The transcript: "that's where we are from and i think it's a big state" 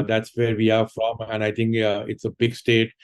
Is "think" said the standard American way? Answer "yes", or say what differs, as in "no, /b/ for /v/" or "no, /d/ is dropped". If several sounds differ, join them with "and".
no, /t/ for /θ/